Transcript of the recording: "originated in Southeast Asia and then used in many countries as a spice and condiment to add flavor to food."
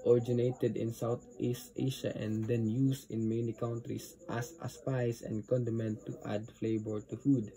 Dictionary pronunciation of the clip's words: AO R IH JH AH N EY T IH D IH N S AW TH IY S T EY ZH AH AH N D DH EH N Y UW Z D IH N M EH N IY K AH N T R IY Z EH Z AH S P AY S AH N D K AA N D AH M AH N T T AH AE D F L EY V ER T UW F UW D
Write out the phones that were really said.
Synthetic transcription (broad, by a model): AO R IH JH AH N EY T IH D IH N S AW T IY S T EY SH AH AH N D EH N Y UW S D IH N M EH N IY K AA N T R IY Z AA S AH S P AY S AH N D K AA N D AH M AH N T T AH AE D F L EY B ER T UW F UW D